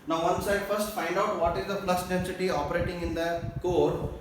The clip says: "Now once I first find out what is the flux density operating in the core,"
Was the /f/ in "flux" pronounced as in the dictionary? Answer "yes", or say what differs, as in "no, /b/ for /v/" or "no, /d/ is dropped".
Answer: no, /p/ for /f/